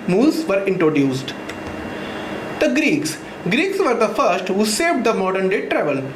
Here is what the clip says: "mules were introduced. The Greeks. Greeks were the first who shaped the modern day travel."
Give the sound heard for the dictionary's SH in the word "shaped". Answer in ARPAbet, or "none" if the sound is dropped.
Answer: S